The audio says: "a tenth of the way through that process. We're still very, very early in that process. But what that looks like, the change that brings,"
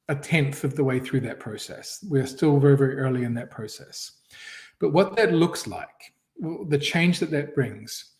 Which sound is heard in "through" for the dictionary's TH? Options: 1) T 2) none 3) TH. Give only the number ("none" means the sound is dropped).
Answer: 3